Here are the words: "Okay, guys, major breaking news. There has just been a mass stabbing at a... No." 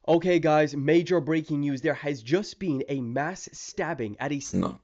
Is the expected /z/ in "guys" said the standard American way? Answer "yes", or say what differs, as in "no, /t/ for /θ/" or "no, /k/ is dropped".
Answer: yes